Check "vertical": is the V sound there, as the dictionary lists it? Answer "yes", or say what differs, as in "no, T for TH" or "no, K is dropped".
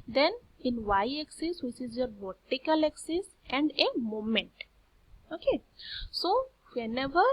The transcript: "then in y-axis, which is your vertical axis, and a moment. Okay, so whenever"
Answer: no, B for V